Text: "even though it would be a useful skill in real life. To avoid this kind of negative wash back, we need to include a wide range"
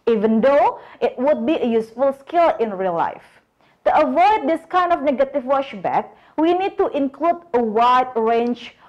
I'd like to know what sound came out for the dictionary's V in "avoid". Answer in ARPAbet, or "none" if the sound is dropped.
V